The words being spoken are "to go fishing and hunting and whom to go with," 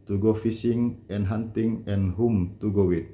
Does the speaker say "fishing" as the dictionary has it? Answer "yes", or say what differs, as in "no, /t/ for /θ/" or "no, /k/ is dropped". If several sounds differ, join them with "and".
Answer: no, /s/ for /ʃ/